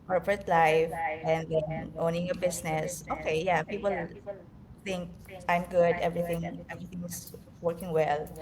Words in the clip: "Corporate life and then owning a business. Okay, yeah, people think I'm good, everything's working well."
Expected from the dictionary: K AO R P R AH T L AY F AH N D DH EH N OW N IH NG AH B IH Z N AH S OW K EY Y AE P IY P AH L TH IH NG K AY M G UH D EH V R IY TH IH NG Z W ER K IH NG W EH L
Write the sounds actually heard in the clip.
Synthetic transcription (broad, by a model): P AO R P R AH T L AY F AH N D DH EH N OW N IH NG AH B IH S N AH S OW K EY Y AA P IY P AH L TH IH NG K AY M G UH D EH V R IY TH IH NG S W ER K IH NG W EH L